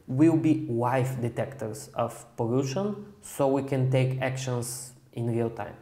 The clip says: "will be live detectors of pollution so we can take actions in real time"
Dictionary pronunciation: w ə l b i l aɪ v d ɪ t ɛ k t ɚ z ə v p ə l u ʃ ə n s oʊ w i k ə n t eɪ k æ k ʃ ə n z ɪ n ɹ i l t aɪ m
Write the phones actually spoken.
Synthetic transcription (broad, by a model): w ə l b i w aɪ f d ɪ t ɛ k t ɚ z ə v p ə l u ʃ ə n s oʊ w i k ə n t eɪ k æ k ʃ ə n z ɪ n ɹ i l t aɪ m